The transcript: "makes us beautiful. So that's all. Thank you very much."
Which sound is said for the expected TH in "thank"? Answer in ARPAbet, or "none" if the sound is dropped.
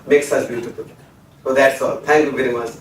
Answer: T